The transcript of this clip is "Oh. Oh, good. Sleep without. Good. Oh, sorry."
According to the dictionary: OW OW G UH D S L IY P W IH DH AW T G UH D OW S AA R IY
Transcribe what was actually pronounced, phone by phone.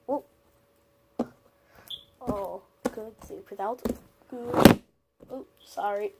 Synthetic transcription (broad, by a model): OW OW G UH D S IY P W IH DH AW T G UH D OW S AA R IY